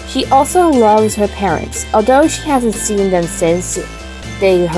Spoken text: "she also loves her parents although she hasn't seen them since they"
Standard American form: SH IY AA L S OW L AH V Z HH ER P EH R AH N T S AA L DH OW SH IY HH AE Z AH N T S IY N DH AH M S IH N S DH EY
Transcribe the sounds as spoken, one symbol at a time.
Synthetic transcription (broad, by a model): SH IY AA L S OW L AH V Z HH ER P EH R AH N T S AA L DH OW SH IY HH AE Z AH N T S IY N DH AH M S IH N S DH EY